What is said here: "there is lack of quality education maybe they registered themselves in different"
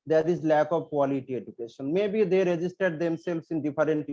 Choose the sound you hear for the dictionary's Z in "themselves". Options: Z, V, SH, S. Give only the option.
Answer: S